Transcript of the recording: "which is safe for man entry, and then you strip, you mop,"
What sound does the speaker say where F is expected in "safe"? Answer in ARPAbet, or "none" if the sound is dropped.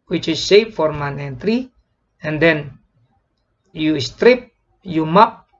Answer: P